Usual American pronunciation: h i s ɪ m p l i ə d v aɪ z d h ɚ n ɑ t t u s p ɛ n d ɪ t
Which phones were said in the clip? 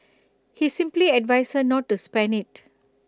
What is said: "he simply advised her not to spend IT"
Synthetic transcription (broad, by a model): h i s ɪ m p l i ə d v aɪ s h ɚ n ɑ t t u s p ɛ n ɪ t